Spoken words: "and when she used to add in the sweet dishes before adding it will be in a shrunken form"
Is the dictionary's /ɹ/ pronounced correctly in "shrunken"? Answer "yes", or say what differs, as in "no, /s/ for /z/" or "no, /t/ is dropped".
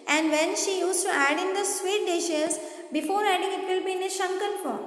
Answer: no, /ɹ/ is dropped